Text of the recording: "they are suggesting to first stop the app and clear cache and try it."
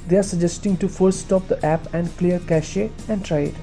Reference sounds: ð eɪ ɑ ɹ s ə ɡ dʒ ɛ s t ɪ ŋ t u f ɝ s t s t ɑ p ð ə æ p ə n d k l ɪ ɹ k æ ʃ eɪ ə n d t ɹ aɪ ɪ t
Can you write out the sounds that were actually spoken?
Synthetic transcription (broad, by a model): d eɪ ɑ ɹ s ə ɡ dʒ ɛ s t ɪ ŋ t u f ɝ t s t ɑ p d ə æ p ə n d k l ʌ ɹ k æ ʃ eɪ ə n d t ɹ aɪ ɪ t